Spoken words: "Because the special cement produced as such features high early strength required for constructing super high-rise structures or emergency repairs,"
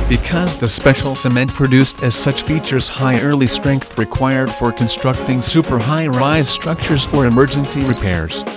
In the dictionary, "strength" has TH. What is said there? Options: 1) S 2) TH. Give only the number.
2